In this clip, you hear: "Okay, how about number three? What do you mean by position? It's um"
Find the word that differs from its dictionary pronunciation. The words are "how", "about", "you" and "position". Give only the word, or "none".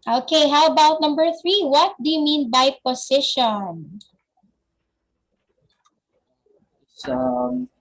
position